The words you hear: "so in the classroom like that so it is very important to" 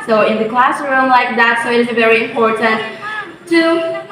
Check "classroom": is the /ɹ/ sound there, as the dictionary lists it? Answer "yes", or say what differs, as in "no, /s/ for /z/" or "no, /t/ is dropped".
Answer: yes